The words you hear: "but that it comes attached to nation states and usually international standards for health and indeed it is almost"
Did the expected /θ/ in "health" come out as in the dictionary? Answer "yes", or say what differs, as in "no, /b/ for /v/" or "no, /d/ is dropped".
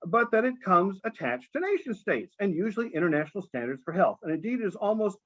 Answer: yes